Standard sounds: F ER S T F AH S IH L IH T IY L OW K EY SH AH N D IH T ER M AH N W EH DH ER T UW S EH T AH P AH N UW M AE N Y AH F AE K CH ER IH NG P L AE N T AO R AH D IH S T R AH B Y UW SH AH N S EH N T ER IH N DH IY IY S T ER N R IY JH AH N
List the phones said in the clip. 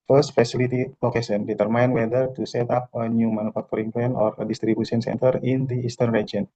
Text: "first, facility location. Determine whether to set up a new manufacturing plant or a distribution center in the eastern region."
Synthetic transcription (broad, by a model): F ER S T F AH S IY L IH T IY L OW K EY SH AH N D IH T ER M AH N W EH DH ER T UW S EH T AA P AH N UW M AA N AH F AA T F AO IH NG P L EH N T AO R AH D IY S T R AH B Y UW S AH N S EH N T ER IH N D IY IY S T ER N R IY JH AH N